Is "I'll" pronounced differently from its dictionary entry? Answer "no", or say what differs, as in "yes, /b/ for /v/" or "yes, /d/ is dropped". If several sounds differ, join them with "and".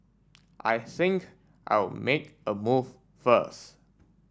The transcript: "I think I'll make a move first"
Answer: yes, /w/ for /l/